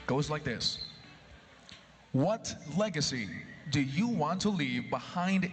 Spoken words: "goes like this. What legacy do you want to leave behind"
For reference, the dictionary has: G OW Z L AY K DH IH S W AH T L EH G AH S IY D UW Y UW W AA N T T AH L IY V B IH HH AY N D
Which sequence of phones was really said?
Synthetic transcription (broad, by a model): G OW Z L AY K DH IH S W AH T L EH G AH S IY D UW Y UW W AA N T T AH L IY V B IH HH AY N D